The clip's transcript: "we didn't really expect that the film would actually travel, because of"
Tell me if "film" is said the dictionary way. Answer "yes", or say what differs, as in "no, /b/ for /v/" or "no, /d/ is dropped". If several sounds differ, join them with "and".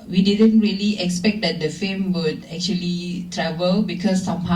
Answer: no, /l/ is dropped